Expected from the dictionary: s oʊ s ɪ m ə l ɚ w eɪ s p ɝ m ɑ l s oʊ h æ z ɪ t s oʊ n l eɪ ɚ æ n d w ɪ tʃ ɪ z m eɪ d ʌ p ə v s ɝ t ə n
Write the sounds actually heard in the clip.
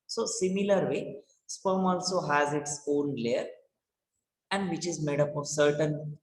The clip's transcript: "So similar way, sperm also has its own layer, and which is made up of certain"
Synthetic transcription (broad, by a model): s oʊ s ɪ m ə l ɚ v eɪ s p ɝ m ɑ l s oʊ h æ z ɪ t s oʊ n l eɪ ɚ æ n d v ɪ tʃ ɪ z m eɪ d ʌ p ə v s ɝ t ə n